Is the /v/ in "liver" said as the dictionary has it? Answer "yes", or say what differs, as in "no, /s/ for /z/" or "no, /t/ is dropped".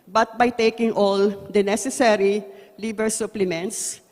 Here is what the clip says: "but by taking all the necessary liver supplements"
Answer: no, /b/ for /v/